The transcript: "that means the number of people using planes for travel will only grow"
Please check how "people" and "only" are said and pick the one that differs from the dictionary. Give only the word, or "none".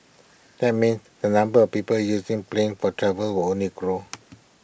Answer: only